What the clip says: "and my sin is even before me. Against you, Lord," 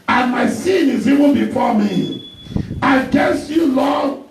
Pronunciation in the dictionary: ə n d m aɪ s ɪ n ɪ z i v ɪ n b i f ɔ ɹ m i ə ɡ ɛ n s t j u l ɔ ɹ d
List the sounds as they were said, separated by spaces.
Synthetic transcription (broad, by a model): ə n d m aɪ s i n ɪ z i v ɪ n b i f ɔ m i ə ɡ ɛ s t j u l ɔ